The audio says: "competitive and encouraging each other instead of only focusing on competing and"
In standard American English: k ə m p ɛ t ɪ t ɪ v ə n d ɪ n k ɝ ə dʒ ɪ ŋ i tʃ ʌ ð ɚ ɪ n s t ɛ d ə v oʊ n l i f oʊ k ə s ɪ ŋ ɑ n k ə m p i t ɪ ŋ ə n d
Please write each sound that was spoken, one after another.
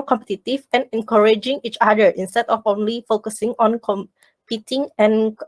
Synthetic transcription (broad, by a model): k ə m p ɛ t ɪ t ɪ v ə n ɪ n k ɝ ə dʒ ɪ ŋ i tʃ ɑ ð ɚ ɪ n s t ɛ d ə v oʊ n l i f oʊ k ə s ɪ ŋ ɑ n k ə m p i t ɪ ŋ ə n